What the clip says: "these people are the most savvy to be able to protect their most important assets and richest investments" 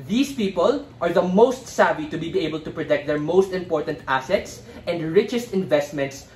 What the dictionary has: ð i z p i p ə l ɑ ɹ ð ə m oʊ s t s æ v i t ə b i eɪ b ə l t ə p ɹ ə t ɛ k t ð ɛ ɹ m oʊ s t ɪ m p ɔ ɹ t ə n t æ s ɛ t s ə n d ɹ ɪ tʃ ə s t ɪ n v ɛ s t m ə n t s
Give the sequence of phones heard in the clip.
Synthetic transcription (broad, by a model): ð i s p i p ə l ɑ ɹ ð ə m oʊ s t s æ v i t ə b i eɪ b ə l t ə p ɹ ə t ɛ k t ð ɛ ɹ m oʊ s t ɪ m p ɔ ɹ t ə n t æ s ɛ t s ə n d ɹ ɪ tʃ ə s t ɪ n v ɛ s t m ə n t s